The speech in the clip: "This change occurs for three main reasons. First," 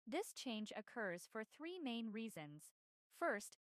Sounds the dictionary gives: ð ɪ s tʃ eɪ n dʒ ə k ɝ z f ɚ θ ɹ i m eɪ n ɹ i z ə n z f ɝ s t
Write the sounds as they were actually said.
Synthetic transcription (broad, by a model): ð ɪ s tʃ eɪ n dʒ ə k ɝ z f ɚ θ ɹ i m eɪ n ɹ i z ə n z f ɝ s t